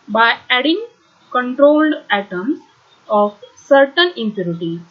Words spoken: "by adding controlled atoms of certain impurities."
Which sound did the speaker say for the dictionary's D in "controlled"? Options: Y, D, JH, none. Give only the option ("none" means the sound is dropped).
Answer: D